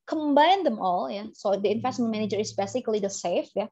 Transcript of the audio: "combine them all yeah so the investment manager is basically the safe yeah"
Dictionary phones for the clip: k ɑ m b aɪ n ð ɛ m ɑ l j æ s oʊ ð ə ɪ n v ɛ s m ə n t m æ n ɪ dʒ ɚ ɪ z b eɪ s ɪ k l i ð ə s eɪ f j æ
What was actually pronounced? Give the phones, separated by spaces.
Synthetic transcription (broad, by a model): k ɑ m b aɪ n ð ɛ m ɑ l j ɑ s oʊ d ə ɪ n f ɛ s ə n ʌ m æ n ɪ dʒ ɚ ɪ s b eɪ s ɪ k l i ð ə s eɪ f j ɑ